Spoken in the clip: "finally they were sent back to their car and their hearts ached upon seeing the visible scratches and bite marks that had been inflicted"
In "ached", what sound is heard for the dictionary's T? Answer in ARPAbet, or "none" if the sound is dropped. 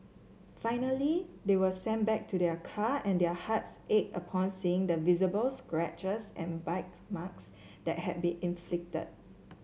none